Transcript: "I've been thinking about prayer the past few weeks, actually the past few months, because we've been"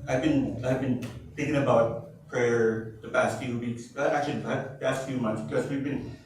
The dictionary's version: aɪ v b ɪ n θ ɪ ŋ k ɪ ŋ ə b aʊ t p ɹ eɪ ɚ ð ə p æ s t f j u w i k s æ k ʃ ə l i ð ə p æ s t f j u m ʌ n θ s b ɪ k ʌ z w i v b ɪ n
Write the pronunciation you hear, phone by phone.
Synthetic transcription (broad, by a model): aɪ v b ɪ n θ ɪ ŋ k ɪ ŋ ə b aʊ t p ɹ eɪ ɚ ð ə p æ s t f j u w i k s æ k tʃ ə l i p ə p æ s t f j u m ʌ n θ s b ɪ k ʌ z w i v b ɪ n